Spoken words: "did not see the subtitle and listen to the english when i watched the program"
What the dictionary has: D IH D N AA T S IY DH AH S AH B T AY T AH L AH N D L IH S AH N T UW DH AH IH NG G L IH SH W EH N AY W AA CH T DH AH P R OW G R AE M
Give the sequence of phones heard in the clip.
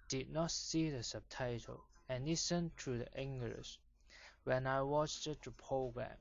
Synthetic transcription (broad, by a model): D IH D N AA T S IY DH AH S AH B T AY T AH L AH N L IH S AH N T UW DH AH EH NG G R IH S W EH N AY W AA CH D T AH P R OW G R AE M